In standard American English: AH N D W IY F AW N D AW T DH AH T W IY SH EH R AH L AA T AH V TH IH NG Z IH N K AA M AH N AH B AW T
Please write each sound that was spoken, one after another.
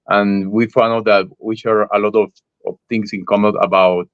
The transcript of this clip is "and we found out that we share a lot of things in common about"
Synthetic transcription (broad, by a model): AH N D W IY F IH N AW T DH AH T W IY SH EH R AH L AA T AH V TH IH NG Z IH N K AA M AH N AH B AW T